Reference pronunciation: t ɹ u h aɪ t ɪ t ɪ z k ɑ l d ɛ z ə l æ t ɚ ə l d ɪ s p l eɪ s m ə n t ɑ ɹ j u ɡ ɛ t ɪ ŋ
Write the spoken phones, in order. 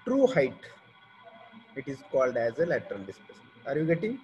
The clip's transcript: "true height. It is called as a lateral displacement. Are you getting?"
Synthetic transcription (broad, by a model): t ɹ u h aɪ t ɪ t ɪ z k ɑ l d ɛ z ə l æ t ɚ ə n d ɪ s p eɪ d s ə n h ɑ ɹ j u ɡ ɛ t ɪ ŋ